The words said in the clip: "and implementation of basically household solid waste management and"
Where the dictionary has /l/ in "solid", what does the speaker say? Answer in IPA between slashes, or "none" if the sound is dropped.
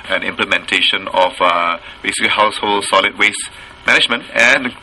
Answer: /l/